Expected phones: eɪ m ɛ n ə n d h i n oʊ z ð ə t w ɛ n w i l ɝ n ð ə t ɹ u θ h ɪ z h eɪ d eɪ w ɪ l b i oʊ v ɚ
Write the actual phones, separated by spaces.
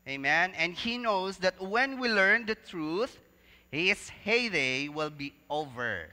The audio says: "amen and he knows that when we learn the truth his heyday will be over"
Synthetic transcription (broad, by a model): eɪ m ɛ n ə n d h i n oʊ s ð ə t w ɛ n w i l ɝ n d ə t ɹ u θ h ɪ s h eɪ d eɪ w ɪ l b i oʊ v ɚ